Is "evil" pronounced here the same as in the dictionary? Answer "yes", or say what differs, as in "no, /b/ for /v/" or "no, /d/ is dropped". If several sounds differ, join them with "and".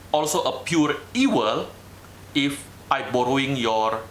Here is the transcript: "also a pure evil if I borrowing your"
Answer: no, /w/ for /v/